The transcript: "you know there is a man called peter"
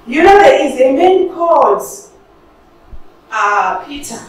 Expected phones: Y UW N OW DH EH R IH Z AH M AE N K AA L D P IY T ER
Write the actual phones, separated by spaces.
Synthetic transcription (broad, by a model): Y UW N OW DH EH IH Z AH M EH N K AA D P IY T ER